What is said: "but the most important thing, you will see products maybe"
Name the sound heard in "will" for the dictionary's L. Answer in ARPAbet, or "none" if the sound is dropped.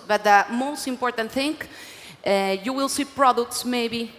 L